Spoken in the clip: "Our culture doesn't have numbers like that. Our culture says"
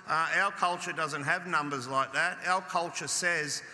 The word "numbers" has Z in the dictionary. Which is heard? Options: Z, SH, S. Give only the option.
Z